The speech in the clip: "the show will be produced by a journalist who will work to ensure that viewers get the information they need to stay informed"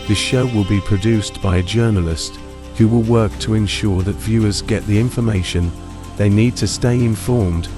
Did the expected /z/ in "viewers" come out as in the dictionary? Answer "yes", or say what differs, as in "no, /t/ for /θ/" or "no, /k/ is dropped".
yes